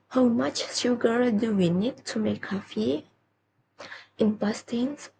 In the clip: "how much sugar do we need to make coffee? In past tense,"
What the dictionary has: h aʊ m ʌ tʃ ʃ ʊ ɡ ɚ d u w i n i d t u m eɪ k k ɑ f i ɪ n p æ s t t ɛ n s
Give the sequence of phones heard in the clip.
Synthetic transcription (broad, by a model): h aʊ m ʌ tʃ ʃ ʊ ɡ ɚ d u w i n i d t u m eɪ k k ɑ f i ɪ n b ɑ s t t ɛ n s